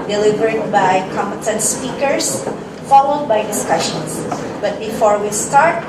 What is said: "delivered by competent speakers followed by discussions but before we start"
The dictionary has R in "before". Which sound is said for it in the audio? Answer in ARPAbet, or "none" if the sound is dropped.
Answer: R